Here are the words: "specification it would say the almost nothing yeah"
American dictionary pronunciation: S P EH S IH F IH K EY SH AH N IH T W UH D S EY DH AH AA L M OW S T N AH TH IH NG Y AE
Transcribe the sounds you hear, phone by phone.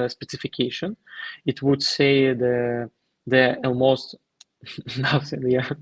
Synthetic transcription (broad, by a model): S P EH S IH F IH K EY SH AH N IH T W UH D S EY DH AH AA L M OW S T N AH S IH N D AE